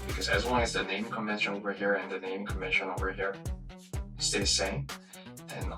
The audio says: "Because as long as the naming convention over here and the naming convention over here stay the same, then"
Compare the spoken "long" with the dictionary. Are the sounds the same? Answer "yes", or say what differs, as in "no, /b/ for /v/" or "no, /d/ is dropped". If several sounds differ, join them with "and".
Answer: no, /w/ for /l/